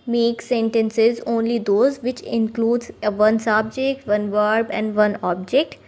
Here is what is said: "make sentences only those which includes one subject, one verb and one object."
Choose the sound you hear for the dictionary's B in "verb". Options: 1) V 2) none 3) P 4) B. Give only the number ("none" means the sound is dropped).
4